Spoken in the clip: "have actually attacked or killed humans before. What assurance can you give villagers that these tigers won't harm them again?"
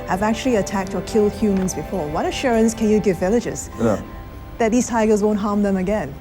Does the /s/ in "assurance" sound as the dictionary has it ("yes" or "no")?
yes